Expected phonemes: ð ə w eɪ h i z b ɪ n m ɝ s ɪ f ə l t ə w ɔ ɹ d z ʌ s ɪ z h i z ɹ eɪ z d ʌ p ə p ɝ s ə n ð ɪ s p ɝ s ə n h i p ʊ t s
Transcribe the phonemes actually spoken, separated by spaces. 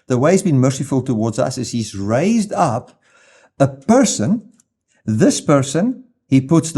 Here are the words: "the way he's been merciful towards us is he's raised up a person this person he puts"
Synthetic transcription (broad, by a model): ð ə w eɪ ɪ z b ɪ n m ɝ s ɪ f ə l t ə w ɔ ɹ d z ʌ s ɪ z h i z ɹ eɪ z d ʌ p ə p ɝ s ə n ð ɪ s p ɝ s ə n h i p ʊ t s